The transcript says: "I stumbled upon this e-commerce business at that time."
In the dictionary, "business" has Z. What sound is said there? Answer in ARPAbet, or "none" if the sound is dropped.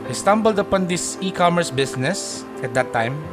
S